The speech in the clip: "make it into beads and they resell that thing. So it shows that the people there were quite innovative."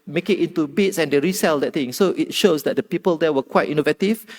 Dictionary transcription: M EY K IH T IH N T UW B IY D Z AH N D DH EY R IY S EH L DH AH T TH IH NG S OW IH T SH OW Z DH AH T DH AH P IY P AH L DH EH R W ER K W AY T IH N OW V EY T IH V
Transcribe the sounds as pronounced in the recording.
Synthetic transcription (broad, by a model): M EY K IH T IH N T UW B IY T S AH N D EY R IY S EH L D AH T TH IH NG S OW IH T SH OW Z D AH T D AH P IY P AH L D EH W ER K W AY T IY N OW V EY T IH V